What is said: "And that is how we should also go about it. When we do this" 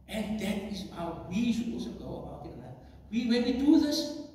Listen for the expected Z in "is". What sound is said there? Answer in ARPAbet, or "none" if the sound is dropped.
S